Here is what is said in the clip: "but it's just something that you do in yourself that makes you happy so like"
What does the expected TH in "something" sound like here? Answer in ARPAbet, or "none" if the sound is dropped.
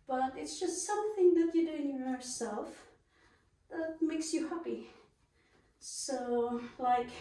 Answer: TH